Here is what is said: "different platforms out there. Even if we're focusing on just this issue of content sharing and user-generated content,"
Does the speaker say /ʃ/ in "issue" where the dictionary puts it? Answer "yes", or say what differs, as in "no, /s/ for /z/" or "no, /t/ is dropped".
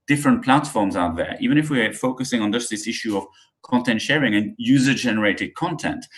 yes